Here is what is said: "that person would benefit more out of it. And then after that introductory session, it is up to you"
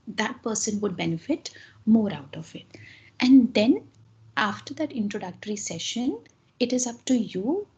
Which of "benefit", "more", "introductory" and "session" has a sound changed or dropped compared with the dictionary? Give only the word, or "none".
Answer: none